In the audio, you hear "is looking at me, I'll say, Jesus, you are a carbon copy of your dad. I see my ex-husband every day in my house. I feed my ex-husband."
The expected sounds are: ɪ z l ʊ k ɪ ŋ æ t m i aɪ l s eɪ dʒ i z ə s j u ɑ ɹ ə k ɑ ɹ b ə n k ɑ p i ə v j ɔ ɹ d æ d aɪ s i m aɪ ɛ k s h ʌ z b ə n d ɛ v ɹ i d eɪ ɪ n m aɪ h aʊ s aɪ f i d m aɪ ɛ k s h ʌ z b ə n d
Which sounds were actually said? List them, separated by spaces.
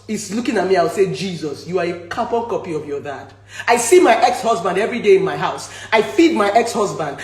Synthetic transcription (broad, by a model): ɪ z l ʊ k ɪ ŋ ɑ t m i aɪ w s eɪ dʒ i z ə s j u ɑ ɹ ə k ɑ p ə k ɑ p i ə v j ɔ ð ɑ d aɪ s i m aɪ ɛ k s h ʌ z b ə n d ɛ v ɹ i d eɪ ɪ n m aɪ h aʊ s aɪ f i d m aɪ ɛ k s h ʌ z b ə n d